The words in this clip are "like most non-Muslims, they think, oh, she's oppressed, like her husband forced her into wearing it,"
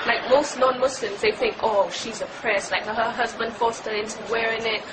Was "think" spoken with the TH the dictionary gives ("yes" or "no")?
yes